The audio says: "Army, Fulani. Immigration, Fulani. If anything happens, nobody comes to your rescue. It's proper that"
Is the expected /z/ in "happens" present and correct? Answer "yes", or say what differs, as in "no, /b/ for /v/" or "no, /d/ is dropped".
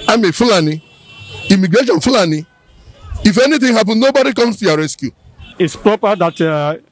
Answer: no, /z/ is dropped